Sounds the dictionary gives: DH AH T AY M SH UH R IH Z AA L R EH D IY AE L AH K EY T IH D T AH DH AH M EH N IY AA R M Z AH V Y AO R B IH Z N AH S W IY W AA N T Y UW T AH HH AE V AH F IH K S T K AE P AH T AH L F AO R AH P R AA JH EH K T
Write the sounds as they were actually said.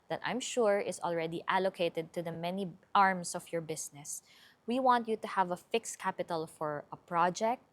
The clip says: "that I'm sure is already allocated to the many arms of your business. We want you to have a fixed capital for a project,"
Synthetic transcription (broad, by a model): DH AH T AY M SH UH R IH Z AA L R EH D IY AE L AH K EY T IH D T AH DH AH M EH N IY AA R M S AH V Y AO R B IH S N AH S W IY W AA N T Y UW T AH HH AE V AH F IH K S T K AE P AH T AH L F AO R AH P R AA JH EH K T